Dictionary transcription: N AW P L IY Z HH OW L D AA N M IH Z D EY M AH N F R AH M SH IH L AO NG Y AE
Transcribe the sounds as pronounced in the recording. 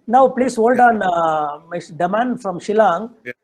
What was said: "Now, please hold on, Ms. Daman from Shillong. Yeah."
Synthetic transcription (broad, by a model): N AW P L IY S HH OW L D AA N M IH D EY M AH N F R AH M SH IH L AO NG